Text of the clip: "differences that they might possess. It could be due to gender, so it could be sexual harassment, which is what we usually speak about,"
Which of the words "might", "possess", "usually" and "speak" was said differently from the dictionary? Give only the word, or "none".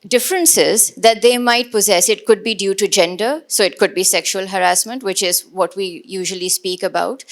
none